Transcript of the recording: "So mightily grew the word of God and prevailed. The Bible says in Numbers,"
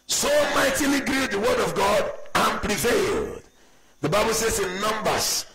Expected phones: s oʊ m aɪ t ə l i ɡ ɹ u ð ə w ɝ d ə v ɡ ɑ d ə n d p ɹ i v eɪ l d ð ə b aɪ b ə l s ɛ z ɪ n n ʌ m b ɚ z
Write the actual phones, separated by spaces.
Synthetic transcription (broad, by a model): s oʊ m aɪ t ə l i ɡ ɹ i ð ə w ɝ d ə v ɡ ɑ d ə n p ɹ i v eɪ l d ð ə b aɪ b ə l s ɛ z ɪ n n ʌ m b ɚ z